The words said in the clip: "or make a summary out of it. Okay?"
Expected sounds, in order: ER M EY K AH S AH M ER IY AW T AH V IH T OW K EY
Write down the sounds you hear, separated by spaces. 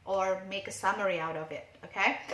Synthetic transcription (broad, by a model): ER M EY K AH S AH M ER IY AW T AH V IH T OW K EY